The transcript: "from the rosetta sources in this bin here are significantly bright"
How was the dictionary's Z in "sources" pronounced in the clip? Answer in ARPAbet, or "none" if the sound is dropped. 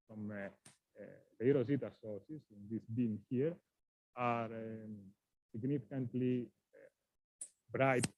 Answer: S